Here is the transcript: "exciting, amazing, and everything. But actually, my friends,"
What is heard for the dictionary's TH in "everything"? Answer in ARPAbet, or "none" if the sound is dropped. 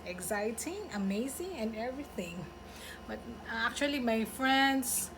TH